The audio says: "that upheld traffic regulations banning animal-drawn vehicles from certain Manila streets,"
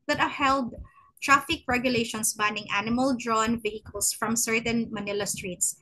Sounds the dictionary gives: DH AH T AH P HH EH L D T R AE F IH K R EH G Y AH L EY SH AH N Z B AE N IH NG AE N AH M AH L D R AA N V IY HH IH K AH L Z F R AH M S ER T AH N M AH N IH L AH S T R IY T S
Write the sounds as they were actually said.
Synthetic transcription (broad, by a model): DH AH T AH HH EH L D T R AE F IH K R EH G Y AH L EY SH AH N S B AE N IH NG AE N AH M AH L D R AA N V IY HH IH K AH L S F R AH M S ER T AH N M AH N IH L AH S T R IY T S